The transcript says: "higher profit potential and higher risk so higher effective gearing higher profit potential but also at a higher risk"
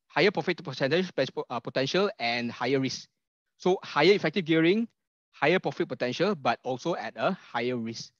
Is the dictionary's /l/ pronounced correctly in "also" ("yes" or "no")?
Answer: yes